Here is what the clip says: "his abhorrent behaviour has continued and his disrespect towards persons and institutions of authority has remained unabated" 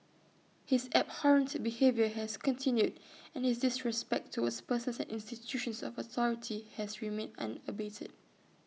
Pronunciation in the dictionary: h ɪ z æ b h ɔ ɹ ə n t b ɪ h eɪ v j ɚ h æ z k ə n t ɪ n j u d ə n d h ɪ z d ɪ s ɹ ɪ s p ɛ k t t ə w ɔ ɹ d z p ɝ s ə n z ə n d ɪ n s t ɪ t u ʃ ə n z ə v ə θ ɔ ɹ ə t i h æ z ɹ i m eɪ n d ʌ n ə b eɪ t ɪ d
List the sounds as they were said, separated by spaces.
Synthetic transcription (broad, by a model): h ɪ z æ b h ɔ ɹ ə n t b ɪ h eɪ v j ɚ h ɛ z k ə n t ɪ n j u d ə n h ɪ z d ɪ s ɹ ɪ s p ɛ k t t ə w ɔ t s p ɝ s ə n s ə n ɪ n s t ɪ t u ʃ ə n s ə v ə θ ɔ ɹ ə t i h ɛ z ɹ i m eɪ n ʌ n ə b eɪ t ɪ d